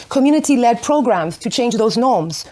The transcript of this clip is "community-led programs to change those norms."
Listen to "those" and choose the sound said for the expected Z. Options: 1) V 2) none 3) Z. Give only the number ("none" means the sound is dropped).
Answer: 3